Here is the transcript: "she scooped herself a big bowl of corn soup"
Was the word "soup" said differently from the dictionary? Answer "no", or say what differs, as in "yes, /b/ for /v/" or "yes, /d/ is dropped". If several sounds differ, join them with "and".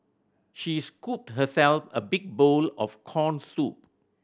no